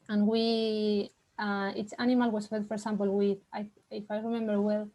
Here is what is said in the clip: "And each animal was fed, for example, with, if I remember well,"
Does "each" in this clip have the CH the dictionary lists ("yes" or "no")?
no